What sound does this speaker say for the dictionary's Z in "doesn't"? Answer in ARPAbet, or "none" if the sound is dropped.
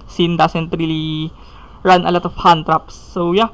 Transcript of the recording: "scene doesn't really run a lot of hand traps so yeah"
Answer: S